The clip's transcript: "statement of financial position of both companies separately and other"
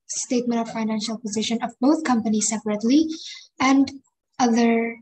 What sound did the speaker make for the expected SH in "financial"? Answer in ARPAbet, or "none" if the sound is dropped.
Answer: SH